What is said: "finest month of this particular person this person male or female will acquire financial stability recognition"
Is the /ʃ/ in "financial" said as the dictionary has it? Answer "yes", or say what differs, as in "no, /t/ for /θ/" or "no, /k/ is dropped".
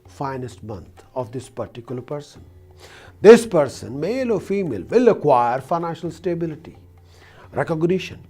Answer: yes